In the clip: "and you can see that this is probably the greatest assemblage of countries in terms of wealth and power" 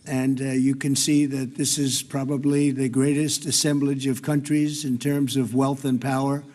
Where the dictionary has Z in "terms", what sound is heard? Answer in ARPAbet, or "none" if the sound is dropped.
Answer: Z